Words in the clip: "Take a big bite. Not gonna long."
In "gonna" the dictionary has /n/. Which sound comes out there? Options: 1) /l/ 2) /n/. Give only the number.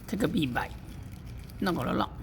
1